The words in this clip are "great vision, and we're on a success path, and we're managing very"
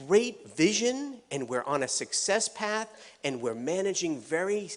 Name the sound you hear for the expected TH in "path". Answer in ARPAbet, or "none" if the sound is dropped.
TH